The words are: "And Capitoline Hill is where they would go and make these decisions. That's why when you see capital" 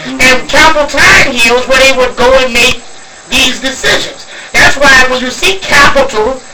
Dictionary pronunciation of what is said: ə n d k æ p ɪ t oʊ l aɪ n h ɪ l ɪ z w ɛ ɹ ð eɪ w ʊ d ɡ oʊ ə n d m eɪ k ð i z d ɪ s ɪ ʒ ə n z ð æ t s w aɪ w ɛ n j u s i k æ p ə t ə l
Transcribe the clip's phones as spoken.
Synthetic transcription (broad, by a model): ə n k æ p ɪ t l aɪ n h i l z w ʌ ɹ ð eɪ w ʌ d ɡ oʊ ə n m eɪ k ð i z d ɪ s ɪ ʒ ə n z ð æ t s w aɪ w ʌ n j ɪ s i k æ p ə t l